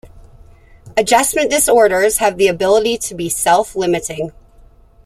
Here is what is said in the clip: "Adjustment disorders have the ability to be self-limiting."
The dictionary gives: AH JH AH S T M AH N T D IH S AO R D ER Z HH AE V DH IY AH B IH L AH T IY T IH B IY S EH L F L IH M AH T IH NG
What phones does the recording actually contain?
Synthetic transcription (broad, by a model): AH JH AH S M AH N D IH S AO R D ER Z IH V DH IY AH B IH L AH T IY T IH B IY S EH L F L IH M AH T IH NG